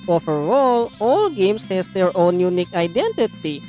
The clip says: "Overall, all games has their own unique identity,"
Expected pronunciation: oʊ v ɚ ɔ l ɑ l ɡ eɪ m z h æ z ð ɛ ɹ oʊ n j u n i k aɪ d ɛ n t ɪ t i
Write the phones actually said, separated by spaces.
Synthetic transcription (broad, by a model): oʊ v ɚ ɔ l ɑ l ɡ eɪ m s h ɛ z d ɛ ɹ oʊ n j u n i k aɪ d ɛ n t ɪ t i